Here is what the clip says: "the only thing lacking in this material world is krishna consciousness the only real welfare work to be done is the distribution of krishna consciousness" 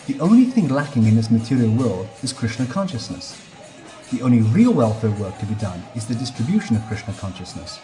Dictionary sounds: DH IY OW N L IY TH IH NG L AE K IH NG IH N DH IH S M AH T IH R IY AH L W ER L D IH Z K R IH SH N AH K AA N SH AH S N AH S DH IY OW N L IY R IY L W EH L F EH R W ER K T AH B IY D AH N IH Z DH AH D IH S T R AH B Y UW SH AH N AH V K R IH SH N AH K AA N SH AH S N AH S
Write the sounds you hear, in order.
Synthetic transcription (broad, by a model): DH IY OW N L IY TH IH NG L AE K IH NG IH N DH IH S M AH T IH R IY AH L W ER L D IH Z K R IH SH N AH K AA N SH AH S N AH S DH IY OW N L IY R IY L W EH L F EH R W ER K T AH B IY D AH N IH Z DH AH D IH S T R AH B Y UW SH AH N AH V K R IH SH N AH K AA N SH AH S N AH S